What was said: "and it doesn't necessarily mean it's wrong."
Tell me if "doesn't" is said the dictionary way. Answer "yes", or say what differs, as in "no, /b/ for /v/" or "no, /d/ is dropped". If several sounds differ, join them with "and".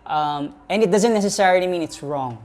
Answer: yes